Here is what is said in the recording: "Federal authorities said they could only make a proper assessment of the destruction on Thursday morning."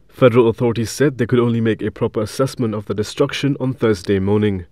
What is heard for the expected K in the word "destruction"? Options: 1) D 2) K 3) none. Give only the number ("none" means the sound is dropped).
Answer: 2